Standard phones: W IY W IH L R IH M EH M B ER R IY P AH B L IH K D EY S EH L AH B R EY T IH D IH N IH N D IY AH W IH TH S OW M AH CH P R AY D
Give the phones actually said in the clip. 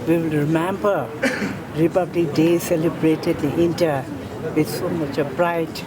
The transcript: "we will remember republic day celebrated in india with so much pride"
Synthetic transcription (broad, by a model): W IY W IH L R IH M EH M B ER R IY P AH B L IH K D EY S EH L AH B R EY T IH D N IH N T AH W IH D S OW M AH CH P R AY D